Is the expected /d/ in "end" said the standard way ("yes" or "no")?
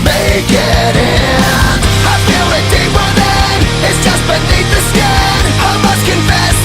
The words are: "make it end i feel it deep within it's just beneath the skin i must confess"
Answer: no